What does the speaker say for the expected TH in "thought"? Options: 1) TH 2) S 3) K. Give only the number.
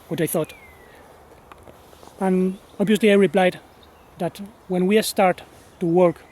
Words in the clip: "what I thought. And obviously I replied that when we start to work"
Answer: 1